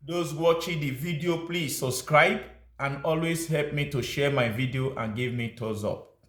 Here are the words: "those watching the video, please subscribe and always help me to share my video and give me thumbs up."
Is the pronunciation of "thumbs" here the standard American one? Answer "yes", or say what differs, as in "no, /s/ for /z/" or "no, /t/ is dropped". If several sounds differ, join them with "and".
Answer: no, /t/ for /θ/ and /m/ is dropped